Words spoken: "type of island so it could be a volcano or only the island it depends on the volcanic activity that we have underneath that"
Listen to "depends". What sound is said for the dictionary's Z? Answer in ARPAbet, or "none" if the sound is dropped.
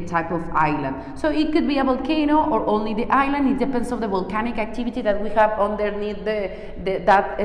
S